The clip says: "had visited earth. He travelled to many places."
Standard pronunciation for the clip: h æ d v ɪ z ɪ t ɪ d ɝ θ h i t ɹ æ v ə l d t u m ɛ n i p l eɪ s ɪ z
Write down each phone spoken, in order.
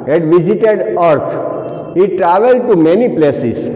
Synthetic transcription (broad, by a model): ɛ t v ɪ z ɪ t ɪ d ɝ t h i t ɹ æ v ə l d t u m ɛ n i p l eɪ s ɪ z